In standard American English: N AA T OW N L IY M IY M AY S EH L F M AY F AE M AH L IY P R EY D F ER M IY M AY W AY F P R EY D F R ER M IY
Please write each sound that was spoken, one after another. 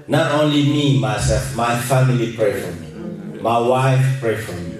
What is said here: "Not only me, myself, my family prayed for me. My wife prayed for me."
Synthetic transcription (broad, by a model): N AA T OW N L IY M IY M AY S EH L F M AY F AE M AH L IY P R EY F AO M IY M AY W AY F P R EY F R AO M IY